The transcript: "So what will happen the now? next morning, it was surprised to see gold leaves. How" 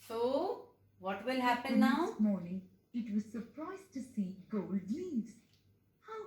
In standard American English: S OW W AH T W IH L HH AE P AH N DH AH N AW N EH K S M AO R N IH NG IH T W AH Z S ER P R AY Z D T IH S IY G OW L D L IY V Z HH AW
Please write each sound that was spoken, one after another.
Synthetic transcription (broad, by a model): S OW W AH T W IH L HH AE P AH N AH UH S M AO R N IH NG IH T W AH Z S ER P R AY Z T IH S IY G OW L D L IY Z HH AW